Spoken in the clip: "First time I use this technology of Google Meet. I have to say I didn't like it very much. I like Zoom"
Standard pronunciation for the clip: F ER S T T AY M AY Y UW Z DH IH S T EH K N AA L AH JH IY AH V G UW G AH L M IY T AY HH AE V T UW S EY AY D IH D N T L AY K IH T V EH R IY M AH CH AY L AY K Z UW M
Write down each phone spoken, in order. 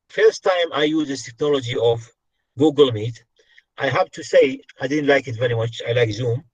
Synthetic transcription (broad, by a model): F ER S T T AY M AY Y UW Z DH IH T EH K N AA L AH JH IY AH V G UW G AH L M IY T AY HH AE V T UW S EY AY D IH D N T L AY K IH T V EH R IY M AH CH AY L AY K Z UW M